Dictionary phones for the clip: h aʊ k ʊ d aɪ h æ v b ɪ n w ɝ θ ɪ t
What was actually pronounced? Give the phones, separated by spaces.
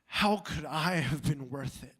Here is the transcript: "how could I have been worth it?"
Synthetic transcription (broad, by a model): h aʊ k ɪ d aɪ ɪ v b ɪ n w ɝ θ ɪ t